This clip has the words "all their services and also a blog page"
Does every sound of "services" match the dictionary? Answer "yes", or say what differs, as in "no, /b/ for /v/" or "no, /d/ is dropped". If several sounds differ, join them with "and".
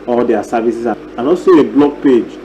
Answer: no, /s/ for /z/